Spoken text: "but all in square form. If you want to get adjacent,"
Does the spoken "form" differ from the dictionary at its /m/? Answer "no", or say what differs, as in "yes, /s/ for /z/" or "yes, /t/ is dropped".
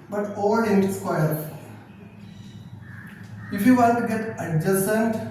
yes, /m/ is dropped